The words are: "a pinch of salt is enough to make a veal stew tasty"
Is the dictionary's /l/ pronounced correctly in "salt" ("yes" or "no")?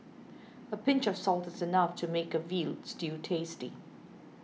yes